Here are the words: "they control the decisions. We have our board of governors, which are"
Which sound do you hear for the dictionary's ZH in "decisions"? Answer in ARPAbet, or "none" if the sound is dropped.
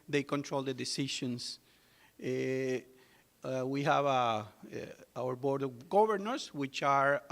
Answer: SH